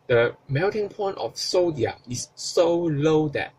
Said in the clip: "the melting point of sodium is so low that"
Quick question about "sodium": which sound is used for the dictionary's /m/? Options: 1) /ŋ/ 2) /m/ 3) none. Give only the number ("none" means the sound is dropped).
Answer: 3